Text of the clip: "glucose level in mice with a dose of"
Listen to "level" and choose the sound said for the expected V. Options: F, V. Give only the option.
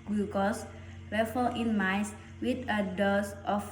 F